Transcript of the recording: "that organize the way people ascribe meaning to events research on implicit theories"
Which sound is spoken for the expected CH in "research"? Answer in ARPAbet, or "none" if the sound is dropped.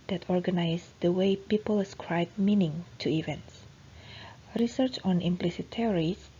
CH